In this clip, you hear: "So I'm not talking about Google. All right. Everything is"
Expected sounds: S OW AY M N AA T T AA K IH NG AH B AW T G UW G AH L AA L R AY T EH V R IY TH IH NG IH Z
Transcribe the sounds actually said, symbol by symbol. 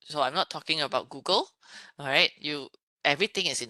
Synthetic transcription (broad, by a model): S OW AY M N AA T T AA K IH NG AH B AW T G UW G AH L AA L R AY T EH V R IY T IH NG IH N